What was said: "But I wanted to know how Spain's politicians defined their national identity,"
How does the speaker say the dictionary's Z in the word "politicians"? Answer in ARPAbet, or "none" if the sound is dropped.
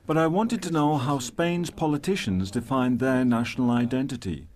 Z